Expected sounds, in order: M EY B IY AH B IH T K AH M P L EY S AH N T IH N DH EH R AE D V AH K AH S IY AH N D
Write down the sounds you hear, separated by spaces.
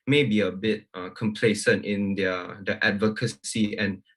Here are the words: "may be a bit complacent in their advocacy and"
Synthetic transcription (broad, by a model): M EY B IY AH B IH T K AH M P L EY S AH N T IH N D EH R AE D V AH K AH S IY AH N